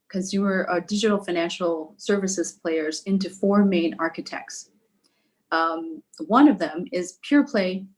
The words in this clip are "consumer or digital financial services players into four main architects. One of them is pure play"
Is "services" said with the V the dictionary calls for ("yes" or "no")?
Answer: yes